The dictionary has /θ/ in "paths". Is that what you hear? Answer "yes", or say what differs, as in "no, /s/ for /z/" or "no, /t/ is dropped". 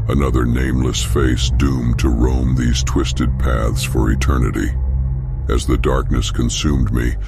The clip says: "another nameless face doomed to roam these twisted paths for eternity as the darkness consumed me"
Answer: yes